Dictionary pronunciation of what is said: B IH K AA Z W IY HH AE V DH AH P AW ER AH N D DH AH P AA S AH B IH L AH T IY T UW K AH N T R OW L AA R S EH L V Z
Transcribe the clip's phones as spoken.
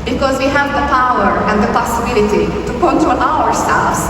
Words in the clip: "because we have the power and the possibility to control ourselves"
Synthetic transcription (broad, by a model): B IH K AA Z W IY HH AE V DH AH P AW ER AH N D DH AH P AA S AH B IH L AH T IY T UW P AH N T OW N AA R S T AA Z